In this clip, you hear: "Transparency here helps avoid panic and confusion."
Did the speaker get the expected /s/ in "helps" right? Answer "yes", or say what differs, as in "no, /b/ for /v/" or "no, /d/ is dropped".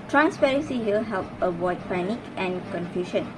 no, /s/ is dropped